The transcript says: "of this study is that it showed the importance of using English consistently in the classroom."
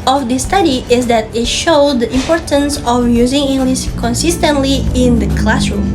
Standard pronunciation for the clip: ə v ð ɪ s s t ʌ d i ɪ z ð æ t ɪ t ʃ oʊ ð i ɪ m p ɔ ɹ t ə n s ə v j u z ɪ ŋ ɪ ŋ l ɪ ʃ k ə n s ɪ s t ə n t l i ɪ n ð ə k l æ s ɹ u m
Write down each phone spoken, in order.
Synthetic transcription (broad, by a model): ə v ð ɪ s s t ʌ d i ɪ z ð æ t ɪ t ʃ oʊ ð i ɪ m p ɔ ɹ t ə n s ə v j u z ɪ ŋ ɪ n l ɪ s k ə n s ɪ s t ə n t l i ɪ n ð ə k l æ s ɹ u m